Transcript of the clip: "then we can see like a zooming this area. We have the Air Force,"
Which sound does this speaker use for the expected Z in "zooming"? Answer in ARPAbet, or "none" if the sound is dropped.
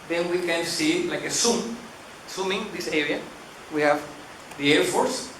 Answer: S